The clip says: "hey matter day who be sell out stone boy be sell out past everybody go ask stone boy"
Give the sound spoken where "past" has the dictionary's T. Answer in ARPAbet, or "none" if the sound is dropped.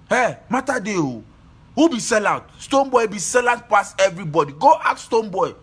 none